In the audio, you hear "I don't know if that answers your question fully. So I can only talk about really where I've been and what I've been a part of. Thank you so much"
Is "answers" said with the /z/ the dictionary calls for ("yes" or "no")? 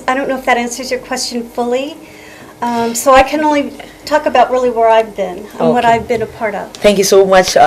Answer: yes